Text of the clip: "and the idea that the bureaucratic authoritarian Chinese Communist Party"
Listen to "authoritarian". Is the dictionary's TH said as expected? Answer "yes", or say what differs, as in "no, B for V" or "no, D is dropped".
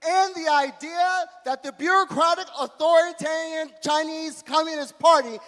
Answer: yes